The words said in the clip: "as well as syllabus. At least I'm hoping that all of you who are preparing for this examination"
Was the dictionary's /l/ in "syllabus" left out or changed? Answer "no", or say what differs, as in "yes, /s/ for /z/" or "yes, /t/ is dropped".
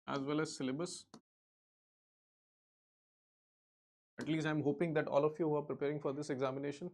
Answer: no